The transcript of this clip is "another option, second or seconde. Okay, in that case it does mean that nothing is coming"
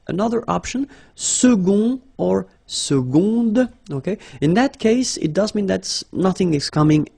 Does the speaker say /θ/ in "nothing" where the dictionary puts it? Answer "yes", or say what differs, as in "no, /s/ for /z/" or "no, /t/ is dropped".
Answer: yes